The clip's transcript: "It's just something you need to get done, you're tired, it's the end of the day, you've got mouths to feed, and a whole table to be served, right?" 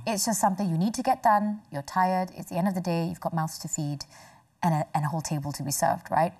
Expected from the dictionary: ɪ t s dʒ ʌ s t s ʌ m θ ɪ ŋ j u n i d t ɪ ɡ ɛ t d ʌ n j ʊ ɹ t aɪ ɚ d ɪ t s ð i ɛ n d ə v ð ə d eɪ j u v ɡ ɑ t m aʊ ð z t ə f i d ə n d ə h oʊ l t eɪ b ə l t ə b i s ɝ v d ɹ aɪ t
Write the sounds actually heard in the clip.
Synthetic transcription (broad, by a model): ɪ t s dʒ ʌ s t s ʌ m θ ɪ ŋ j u n i d t ɪ ɡ ɛ t d ʌ n j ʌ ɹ t aɪ ɚ d ɪ t s ð i ɛ n d ə v ð ə d eɪ j u v ɡ ɑ t m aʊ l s t ə f i d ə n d ə h oʊ l t eɪ b ə l t ə b i s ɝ v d ɹ aɪ t